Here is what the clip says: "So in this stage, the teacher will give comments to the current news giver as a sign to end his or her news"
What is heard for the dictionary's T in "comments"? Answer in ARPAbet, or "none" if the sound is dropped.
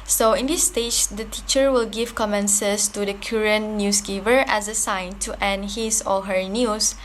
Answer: S